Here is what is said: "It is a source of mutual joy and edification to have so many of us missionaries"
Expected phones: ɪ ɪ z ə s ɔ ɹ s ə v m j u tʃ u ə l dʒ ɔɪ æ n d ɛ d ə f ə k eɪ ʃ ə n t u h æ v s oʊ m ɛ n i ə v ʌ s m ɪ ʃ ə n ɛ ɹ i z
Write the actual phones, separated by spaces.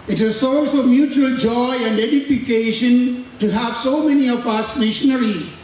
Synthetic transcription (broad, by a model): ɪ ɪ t ə s ɔ l s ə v m j u tʃ u ə l dʒ ɔɪ æ n d ɛ d ə f ə k eɪ ʃ ə n t u h æ v s oʊ m ɛ n i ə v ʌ s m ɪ ʃ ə n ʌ ɹ i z